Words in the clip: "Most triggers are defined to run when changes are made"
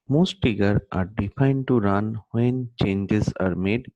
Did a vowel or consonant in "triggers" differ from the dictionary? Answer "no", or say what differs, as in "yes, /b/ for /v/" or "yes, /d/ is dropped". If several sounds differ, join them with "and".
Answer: yes, /ɹ/ is dropped and /z/ is dropped